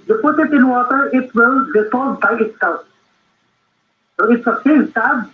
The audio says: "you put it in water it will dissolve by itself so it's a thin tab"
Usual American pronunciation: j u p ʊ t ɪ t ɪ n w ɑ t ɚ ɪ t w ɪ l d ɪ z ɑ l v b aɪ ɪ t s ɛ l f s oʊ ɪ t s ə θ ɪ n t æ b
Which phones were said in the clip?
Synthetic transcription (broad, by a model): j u p ʊ t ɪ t ɪ n w ɑ t ɚ ɪ t w ɪ l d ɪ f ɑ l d b aɪ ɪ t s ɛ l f s oʊ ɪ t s ə s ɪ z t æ